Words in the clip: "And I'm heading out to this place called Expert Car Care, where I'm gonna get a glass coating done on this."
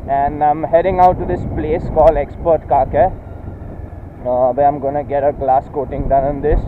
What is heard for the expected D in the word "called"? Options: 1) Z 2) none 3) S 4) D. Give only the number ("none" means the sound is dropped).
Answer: 2